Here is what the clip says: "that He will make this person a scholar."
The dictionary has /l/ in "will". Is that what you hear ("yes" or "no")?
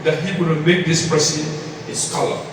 no